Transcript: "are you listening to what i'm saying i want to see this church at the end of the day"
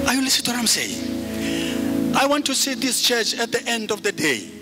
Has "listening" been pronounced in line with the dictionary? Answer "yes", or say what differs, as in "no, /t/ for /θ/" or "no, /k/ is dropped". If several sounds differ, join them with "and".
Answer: no, /n/ is dropped